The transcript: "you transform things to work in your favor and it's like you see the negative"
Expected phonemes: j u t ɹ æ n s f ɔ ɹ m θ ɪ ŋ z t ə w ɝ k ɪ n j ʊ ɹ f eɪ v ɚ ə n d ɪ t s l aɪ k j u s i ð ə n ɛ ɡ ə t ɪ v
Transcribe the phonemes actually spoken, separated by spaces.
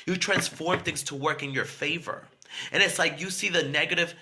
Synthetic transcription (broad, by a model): j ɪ t ɹ æ n s f ɔ ɹ m θ ɪ ŋ z t ə w ɝ k ɪ n j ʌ ɹ f eɪ v ɚ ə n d ɪ t s l aɪ k j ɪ s i ð ə n ɛ ɡ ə t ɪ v